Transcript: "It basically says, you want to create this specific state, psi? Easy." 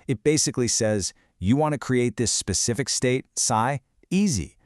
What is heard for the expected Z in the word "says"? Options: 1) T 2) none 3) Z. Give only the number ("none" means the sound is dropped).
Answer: 3